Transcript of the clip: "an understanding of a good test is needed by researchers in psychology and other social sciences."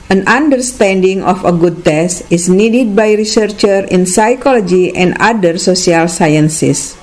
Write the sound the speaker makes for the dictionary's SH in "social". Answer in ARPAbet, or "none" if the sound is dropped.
S